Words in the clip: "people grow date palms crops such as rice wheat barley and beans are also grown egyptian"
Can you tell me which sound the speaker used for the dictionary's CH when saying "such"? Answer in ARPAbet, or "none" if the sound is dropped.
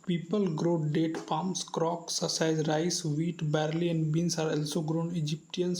none